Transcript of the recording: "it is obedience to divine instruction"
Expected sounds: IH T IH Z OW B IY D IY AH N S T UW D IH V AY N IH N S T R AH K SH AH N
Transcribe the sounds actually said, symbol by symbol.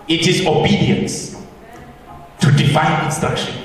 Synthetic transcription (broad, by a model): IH T IH Z OW B IY D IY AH N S T UW D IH F AY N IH N S T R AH K SH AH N